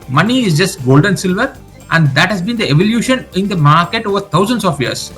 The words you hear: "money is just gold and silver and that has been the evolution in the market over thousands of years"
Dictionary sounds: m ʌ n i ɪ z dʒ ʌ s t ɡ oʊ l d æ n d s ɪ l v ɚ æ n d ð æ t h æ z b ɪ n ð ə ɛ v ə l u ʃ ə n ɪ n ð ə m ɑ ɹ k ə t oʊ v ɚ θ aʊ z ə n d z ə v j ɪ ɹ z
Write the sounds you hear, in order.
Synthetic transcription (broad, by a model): m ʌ n i ɪ z dʒ ʌ s t ɡ oʊ l d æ n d s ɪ l v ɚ æ n d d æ t h æ z b ɪ n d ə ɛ v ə l u ʃ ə n ɪ n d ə m ɑ ɹ k ə t oʊ v ɚ t aʊ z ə n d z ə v j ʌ ɹ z